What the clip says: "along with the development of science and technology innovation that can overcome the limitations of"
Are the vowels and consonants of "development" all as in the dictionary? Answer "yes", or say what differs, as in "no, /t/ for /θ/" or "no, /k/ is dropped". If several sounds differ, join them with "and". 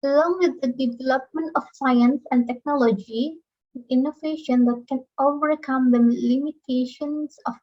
yes